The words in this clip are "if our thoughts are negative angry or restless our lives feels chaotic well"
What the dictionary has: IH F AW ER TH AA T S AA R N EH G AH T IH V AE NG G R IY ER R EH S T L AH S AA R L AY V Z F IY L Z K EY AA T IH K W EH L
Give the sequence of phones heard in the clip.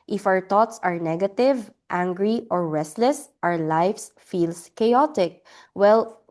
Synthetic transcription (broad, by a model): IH F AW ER T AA T S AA R N EH G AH T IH V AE NG G R IY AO R EH S T L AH S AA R L AY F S F IY L S K EY AA T IH K W EH L